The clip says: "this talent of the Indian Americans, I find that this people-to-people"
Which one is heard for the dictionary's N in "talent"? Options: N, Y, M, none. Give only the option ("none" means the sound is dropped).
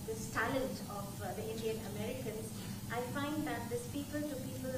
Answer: none